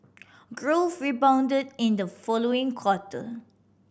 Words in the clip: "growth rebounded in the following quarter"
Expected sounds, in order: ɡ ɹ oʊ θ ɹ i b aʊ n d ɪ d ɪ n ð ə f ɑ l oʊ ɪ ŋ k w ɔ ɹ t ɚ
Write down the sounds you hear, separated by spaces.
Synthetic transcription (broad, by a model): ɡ ɹ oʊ f ɹ i b aʊ n d ɪ d ɪ n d ə f ɑ l oʊ ɪ ŋ k w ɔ t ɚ